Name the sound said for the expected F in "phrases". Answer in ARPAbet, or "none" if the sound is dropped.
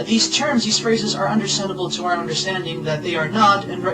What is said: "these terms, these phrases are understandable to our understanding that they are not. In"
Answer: F